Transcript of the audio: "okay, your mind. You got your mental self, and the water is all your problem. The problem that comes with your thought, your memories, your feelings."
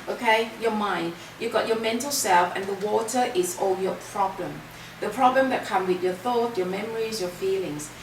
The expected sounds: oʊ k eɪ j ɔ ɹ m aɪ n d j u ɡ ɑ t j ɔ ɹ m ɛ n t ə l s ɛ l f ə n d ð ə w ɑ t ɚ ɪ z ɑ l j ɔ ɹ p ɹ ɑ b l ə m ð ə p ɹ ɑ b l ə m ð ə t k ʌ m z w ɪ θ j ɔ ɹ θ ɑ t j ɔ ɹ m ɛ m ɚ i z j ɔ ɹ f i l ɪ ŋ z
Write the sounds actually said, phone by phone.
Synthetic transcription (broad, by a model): oʊ k eɪ j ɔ m aɪ n d j u ɡ ɑ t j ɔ m ɛ n t ə l s ɛ l f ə n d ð ə w ɑ t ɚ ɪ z ɑ l j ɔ p ɹ ɑ b l ə m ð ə p ɹ ɑ b l ə m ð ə t k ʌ m w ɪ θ j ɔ θ ɑ t j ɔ m ɛ m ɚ i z j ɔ f i l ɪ ŋ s